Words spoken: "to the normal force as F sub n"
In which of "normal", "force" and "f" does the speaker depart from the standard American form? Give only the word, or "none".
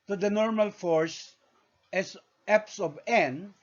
f